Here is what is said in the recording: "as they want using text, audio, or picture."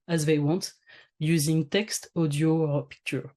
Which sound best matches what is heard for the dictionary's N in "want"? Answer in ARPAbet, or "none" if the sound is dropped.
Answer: N